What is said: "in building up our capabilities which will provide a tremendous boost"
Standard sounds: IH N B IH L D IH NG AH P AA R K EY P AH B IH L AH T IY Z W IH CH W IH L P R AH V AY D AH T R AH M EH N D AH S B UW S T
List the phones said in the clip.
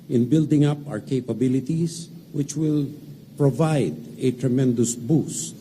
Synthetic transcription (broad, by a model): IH N B IH L D IH NG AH P AA R K EY P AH B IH L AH T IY S W IH CH W IH L P R AH V AY D AH T R AH M EH N D AH S B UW S